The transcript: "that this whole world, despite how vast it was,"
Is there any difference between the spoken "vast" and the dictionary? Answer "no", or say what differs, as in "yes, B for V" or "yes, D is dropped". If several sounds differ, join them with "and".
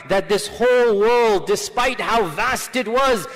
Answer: no